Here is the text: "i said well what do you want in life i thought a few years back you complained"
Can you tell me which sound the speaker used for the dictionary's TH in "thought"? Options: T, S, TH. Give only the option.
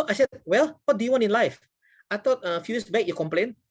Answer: T